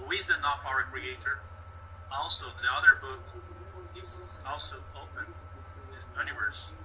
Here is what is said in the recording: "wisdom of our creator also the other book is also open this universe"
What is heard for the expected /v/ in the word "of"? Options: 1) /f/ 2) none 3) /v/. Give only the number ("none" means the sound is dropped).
1